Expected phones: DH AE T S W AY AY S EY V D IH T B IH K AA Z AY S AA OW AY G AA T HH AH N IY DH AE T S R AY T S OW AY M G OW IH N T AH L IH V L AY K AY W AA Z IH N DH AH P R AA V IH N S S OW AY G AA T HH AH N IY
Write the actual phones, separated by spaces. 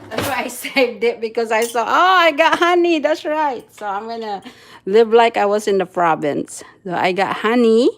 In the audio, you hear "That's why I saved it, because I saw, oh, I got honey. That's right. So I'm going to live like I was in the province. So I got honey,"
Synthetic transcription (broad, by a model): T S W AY AY S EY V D IH T B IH K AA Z AY S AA OW AY G AA T HH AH N IY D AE T S R AY T S OW AY M G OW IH N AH L IH V L AY K AY W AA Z IH N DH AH F R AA B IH N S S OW AY G AA T HH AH N IY